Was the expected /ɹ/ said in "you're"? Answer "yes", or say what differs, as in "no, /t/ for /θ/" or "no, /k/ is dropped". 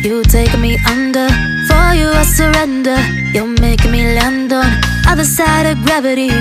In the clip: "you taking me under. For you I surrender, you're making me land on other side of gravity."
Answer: no, /l/ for /ɹ/